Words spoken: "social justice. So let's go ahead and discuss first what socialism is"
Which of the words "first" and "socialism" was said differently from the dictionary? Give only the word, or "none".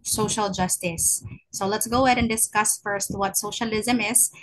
none